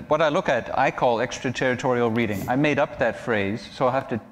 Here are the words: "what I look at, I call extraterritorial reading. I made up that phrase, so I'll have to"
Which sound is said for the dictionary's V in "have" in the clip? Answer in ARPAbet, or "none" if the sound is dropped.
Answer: F